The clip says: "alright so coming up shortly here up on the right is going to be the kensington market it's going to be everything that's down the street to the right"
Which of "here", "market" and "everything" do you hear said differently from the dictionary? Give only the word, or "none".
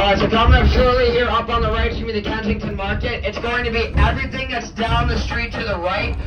none